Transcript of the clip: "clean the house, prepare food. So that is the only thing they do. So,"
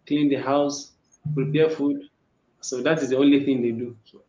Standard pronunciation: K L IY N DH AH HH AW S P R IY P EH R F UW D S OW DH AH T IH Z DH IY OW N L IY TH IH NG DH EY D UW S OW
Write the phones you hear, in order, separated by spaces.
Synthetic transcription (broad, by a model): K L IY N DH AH HH AW S P R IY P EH F UW D S OW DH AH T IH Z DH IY OW N L IY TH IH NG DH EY D UW S OW